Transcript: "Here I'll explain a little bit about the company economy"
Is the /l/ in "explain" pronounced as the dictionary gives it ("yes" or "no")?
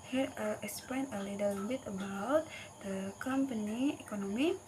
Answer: no